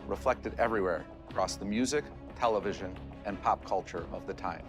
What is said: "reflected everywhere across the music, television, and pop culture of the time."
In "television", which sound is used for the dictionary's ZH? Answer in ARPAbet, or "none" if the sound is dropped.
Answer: ZH